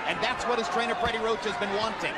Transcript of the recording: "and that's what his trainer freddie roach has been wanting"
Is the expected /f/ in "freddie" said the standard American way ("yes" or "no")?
no